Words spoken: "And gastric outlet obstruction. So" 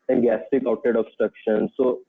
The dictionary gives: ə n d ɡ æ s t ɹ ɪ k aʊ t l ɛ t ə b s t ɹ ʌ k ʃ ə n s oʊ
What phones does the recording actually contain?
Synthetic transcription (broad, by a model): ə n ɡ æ s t ɪ k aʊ t ɛ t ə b s t ɹ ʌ k ʃ ə n s oʊ